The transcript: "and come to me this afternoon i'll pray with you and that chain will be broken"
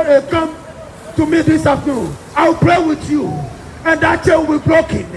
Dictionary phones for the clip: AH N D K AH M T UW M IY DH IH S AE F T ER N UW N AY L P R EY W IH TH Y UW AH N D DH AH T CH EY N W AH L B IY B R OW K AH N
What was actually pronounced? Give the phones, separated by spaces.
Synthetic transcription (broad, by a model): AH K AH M T UW M IY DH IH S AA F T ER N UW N AY W P R EY W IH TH Y UW AH N D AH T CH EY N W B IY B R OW K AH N